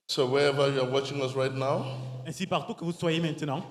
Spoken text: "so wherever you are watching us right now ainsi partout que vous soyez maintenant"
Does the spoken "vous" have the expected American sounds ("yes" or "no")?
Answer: yes